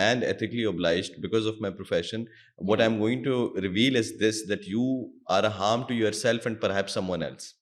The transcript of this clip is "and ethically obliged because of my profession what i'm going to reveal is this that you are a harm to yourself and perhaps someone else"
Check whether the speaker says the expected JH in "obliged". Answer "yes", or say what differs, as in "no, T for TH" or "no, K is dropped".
yes